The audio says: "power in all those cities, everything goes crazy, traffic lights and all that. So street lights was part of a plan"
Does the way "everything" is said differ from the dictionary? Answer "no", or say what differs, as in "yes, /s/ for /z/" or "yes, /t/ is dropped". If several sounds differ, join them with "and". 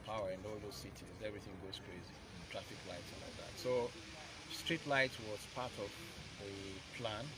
no